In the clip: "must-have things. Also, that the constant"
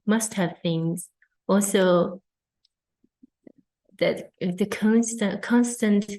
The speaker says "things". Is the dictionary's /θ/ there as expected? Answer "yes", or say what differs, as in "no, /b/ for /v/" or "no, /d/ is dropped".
yes